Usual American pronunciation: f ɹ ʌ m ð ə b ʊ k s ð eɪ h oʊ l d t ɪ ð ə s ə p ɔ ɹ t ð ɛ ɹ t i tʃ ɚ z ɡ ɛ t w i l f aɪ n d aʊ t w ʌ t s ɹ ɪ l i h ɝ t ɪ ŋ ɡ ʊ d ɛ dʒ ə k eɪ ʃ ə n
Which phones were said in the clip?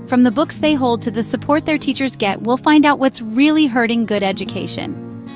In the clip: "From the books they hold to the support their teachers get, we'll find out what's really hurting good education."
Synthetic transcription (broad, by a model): f ɹ ʌ m ð ə b ʊ k s ð eɪ h oʊ l d t ɪ ð ə s ə p ɔ ɹ t ð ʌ ɹ t i tʃ ɚ z ɡ ɛ t w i l f aɪ n d aʊ t w ʌ t s ɹ ɪ l i h ɝ t ɪ ŋ ɡ ʊ d ɛ dʒ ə k eɪ ʃ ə n